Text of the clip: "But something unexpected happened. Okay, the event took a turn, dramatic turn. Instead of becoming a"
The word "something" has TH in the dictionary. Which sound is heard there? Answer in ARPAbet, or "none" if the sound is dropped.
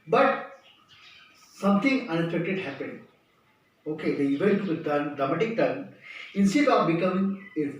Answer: T